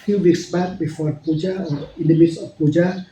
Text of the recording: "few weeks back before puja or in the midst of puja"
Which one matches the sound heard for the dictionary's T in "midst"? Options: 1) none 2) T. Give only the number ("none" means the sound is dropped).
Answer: 1